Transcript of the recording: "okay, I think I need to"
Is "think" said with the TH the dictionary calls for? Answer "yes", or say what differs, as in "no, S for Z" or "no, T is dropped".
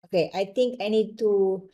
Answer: no, T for TH